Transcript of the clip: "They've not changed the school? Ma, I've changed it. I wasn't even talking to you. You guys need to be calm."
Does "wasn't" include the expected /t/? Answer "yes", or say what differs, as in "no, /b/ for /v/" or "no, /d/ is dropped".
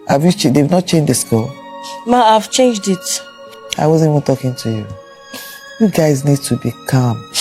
no, /t/ is dropped